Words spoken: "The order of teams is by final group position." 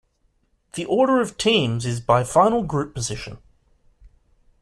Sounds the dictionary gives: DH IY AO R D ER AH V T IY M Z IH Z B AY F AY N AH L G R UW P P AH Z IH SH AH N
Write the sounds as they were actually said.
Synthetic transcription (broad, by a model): DH IY AO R D ER AH V T IY M Z IH Z B AY F AY N AH L G R UW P P AH Z IH SH AH N